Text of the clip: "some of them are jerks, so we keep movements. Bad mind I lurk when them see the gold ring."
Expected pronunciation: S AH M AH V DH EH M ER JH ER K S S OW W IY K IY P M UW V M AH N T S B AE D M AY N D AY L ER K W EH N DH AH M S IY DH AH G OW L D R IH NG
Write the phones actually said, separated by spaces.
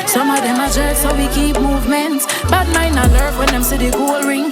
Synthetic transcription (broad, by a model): S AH M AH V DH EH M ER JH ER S S OW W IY K IY P M UW V M AH N T S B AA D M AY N AY L ER K W EH N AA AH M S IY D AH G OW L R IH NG